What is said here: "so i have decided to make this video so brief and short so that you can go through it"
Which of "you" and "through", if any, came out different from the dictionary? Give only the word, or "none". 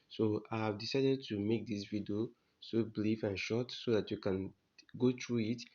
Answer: through